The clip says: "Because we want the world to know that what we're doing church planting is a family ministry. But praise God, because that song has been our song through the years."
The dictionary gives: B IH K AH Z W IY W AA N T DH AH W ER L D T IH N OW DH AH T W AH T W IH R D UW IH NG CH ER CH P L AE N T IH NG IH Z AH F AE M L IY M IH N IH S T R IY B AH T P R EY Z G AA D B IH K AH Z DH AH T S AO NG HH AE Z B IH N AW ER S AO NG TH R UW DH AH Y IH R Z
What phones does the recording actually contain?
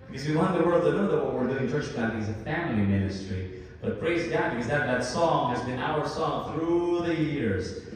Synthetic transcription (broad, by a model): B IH K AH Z W IY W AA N DH AH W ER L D T IH N OW DH AH T W AH T W IH R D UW IH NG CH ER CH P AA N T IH IH Z AH F AE M L IY M IH N IH S T R IY B AH T P R EY Z G AA D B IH K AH Z DH AH T S AO NG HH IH Z B IH N AW ER S AO NG TH R UW DH AH Y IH R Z